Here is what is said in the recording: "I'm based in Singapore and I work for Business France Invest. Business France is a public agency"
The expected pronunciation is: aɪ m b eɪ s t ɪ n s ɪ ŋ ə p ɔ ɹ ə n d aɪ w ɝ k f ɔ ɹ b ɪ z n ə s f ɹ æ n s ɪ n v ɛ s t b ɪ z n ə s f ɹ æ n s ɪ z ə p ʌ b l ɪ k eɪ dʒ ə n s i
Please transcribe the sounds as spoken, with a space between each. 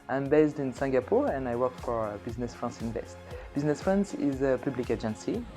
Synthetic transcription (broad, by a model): aɪ m b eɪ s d ɪ n s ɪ ŋ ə p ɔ ɹ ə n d aɪ w ɝ k f ɔ ɹ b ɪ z n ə s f ɹ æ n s ɪ n v ɛ s t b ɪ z n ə s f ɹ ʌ n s ɪ z ə p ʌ b l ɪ k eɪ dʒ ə n s i